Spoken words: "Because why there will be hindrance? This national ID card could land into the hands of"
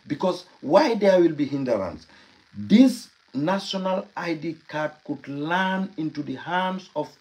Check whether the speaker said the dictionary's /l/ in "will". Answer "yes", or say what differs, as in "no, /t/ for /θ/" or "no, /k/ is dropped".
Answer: yes